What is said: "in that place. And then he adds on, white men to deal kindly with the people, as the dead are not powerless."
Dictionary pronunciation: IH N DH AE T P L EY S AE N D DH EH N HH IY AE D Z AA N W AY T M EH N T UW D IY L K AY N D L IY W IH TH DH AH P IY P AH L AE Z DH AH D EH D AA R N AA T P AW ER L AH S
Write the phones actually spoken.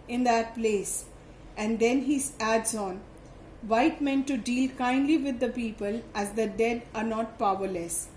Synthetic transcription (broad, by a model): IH N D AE T P L EY S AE N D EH N HH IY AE D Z AA N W AY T M EH N T UW D IY L K AY N D L IY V IH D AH P IY P AH L AE Z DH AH D EH D AA R N AA T P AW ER L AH S